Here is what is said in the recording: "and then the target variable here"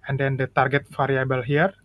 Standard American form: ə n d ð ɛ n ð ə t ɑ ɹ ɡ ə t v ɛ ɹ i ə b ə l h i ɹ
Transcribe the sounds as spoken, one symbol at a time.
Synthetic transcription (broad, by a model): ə n d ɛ n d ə t ɑ ɹ ɡ ə t f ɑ ɹ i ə b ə l h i ɹ